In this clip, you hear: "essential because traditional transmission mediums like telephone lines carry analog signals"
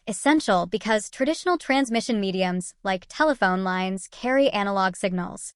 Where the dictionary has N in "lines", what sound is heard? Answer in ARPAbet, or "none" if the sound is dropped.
N